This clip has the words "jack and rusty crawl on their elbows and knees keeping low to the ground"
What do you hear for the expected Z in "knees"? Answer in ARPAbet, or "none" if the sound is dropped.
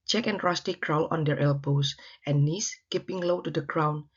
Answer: S